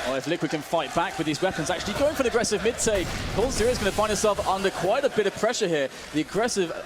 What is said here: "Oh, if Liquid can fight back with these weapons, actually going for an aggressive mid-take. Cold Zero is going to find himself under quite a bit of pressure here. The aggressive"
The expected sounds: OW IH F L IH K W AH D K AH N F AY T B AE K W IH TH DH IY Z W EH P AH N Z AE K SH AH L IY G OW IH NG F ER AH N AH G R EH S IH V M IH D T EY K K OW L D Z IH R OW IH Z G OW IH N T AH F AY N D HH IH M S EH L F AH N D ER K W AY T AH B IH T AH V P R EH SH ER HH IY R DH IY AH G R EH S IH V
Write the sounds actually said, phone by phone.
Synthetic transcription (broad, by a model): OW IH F L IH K W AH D K AH N F AY T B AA K W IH DH IY Z W EH P AH N Z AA K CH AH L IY G OW IH NG F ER AH N AH G R EH S IH V M IH D T EY K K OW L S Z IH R IH Z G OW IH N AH F AY N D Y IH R S EH L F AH N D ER K W AY T AH B IH T AH V P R EH SH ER HH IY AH DH IY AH G R EH S IH V